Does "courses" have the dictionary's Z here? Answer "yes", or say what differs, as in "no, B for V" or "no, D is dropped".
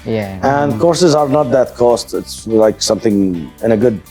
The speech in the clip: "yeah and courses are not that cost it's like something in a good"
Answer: yes